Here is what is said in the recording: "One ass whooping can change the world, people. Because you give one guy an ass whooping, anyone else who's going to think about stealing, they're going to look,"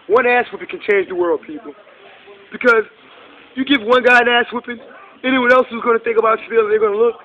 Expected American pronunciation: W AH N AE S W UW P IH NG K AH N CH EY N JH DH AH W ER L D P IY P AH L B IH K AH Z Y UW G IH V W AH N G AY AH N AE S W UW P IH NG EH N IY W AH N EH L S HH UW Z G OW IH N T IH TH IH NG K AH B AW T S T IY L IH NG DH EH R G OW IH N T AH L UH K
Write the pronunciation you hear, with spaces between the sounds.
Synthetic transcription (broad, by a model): W AH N AE S W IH P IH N K AH N CH EY N JH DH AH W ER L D P IY P L B IH K AH Z Y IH G IH V W AH N G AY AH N AE S W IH P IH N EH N IY W AH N EH L S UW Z G OW IH N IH TH IH NG K AH B AW T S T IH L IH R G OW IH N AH L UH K